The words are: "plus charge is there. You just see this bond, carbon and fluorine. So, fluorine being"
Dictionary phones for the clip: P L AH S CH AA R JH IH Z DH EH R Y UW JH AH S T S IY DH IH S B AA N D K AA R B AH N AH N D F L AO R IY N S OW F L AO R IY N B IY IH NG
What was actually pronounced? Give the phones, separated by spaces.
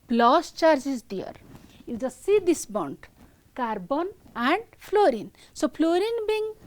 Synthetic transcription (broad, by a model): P L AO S CH AA R JH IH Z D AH R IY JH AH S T S IY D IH S B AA N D K AA R B AH N AH N D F L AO R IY N S OW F L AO R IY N B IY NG